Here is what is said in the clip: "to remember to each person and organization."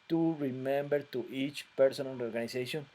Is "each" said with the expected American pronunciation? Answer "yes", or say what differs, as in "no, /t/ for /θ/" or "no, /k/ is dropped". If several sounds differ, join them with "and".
yes